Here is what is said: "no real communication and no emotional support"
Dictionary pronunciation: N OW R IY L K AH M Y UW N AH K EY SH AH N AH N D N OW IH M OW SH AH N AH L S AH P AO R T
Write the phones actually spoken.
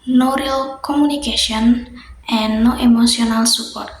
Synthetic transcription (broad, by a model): N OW R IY L K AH M UW N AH K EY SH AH AH N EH N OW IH M OW S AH N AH L S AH P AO R T